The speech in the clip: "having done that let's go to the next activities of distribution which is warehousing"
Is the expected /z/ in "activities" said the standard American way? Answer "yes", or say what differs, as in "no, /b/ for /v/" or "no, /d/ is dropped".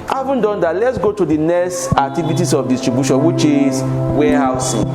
no, /s/ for /z/